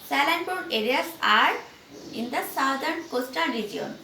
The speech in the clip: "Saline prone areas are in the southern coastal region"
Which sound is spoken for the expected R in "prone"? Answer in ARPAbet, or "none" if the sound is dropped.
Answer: none